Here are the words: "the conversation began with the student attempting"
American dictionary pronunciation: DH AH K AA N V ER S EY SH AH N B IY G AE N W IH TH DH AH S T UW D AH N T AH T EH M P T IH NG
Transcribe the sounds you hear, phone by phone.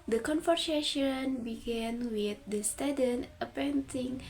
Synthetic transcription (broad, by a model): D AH K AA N F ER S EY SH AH N B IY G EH N W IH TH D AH S T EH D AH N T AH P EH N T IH NG